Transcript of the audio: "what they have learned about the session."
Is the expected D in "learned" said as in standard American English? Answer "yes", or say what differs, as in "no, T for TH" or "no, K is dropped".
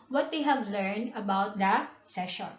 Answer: yes